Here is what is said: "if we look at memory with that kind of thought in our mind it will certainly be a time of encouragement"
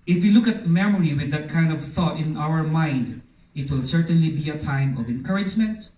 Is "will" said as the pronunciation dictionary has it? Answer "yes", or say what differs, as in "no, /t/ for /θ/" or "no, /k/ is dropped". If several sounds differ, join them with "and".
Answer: yes